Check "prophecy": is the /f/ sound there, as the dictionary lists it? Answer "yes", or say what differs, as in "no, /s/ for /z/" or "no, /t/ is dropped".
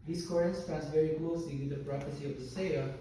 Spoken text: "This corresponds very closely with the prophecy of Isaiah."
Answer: no, /p/ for /f/